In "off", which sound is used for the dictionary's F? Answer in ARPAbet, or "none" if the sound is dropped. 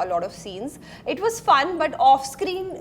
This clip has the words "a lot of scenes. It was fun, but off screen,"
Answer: F